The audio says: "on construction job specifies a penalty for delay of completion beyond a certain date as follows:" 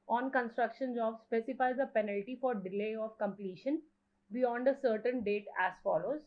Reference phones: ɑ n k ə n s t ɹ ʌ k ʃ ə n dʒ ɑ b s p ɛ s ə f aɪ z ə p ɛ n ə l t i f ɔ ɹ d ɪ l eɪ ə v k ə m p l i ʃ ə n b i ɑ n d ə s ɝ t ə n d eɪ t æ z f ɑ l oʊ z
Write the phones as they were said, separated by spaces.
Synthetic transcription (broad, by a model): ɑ n k ə n s t ɹ ʌ k ʃ ə n z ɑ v s p ɛ s ə f aɪ z ə p ɛ n ə l t i f ɔ ɹ d ɪ l eɪ ə v k ə m p l i ʃ ə n b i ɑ n d ə s ɝ t ə n d eɪ t æ z f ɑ l oʊ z